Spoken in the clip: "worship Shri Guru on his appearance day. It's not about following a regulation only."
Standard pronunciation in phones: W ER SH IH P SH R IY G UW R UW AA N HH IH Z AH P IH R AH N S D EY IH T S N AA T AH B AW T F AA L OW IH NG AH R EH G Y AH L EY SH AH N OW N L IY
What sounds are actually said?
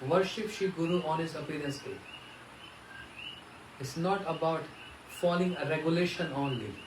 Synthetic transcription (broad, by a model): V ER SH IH P SH IY G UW R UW AA N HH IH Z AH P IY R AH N S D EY IH T S N AA T AH B AW T F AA L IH NG AH R EH G Y AH L EY SH AH N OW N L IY